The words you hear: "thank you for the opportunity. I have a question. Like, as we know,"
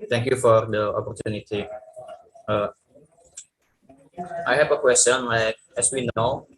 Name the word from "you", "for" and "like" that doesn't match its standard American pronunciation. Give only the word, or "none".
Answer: none